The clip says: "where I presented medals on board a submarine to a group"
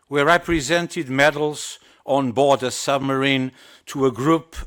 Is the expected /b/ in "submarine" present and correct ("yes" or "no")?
yes